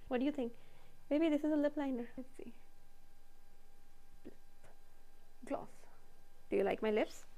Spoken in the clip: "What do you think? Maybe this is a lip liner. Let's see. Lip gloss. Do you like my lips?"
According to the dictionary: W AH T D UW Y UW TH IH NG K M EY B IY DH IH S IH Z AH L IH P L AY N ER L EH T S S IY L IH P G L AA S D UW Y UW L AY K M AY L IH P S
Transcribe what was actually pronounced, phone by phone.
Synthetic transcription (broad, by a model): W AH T D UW Y UW T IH NG K M EY B IY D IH S IH Z AH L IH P L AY N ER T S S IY L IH G L AA S D UW Y UW L AY K M AY L IH P S